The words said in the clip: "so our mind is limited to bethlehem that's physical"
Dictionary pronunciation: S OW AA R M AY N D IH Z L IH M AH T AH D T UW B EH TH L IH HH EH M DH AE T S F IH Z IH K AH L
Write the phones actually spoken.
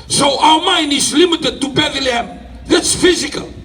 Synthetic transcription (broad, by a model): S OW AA L M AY N IH S L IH M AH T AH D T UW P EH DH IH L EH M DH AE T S F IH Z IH K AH L